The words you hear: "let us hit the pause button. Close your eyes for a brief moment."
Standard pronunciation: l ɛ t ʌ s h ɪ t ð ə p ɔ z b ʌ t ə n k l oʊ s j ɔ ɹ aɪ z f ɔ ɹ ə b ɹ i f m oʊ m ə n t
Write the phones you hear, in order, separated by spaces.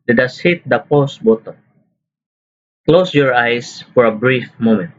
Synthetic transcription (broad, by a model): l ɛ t ʌ s h ɪ t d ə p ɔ s b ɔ t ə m k l oʊ s j ɔ ɹ aɪ s f ɔ ɹ ə b ɹ i f m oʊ m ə n t